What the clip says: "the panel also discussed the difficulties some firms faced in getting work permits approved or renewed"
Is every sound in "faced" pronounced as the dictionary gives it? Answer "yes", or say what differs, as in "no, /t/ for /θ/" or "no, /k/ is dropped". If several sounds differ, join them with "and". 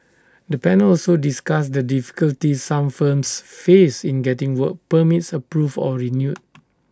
no, /t/ is dropped